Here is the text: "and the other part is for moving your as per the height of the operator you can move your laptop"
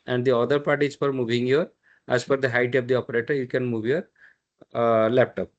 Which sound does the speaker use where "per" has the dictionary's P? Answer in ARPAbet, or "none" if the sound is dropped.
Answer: F